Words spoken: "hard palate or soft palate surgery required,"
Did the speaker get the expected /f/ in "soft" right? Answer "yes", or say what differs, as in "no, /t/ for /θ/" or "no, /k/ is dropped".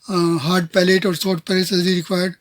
no, /f/ is dropped